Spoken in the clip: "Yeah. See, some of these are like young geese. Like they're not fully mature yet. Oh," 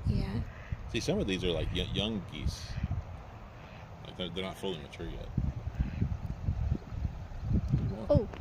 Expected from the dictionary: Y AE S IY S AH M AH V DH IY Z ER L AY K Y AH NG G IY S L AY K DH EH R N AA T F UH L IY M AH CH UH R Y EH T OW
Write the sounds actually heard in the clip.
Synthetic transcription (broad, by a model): Y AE S IY S AH M AH V DH IY Z ER L AY K Y AH NG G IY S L AY K DH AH R N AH T F UH L IY M AH CH UH R Y EH T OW